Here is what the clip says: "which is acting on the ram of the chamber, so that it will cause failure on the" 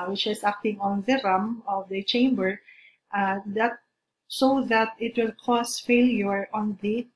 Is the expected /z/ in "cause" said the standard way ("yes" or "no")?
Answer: no